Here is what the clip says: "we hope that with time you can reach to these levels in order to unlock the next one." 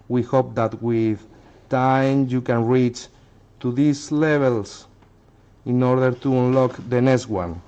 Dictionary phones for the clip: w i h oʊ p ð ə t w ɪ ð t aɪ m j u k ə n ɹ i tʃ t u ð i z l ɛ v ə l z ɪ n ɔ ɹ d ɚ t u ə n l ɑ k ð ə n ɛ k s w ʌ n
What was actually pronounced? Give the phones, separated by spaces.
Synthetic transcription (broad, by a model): w i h oʊ p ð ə t w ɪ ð t aɪ m j u k ə n ɹ i tʃ t u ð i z l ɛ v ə l s ɪ n ɔ ɹ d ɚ t u ə n l ɑ k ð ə n ɛ k s w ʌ n